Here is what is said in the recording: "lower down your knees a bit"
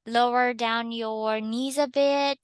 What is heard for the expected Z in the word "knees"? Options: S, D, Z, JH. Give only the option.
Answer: Z